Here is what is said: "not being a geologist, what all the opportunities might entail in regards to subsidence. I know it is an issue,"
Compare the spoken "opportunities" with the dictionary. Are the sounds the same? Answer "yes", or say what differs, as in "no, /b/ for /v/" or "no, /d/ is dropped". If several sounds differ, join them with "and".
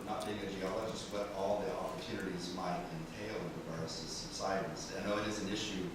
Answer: yes